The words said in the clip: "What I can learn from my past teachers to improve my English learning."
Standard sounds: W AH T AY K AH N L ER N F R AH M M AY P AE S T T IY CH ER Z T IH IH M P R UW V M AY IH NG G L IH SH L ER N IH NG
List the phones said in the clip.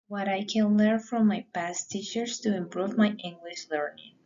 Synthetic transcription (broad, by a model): W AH T AY K AH N L ER N F R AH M M AY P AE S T T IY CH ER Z T IH IH M P R UW V M AY IH NG G L IH SH L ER N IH NG